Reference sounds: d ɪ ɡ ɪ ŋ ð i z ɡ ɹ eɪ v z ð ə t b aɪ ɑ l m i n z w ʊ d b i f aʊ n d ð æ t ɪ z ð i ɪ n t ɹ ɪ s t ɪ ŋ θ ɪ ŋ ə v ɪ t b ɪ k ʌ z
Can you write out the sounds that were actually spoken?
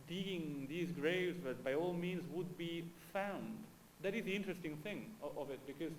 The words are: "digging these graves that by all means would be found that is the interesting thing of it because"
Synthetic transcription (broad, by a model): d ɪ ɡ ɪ ŋ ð i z ɡ ɹ eɪ v z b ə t b aɪ ɑ l m i n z w ʊ d b i f aʊ n d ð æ t ɪ z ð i ɪ n t ɹ ɪ s t ɪ ŋ θ ɪ ŋ ə v ɪ t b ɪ k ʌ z